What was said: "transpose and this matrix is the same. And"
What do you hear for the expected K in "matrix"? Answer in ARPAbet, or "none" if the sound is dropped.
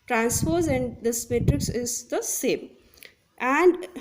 K